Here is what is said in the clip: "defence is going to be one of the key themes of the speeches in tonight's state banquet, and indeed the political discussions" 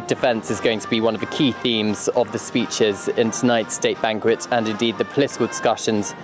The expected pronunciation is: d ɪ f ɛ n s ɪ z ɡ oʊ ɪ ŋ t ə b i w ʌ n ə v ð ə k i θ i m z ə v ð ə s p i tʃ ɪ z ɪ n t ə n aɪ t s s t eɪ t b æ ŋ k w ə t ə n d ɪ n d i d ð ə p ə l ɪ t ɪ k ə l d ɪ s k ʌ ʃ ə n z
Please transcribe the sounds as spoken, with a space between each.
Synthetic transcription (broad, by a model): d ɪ f ɛ n s ɪ z ɡ oʊ ɪ ŋ t ə b i w ʌ n ə v ð ə k i θ i m z ə v ð ə s p i tʃ ɪ z ɪ n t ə n aɪ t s s t eɪ t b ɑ ŋ k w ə t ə n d ɪ n d i d ð ə p ə l ɪ t ɪ k ə l d ɪ s k ʌ ʃ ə n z